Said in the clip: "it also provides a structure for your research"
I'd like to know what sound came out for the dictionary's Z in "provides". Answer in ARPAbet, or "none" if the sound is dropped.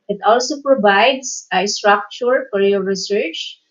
S